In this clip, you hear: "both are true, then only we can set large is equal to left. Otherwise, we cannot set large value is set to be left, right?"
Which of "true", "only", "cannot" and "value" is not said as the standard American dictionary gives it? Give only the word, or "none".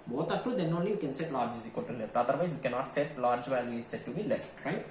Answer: true